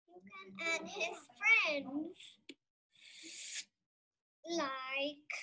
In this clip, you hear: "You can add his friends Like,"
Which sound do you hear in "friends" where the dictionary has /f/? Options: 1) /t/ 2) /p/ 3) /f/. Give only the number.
3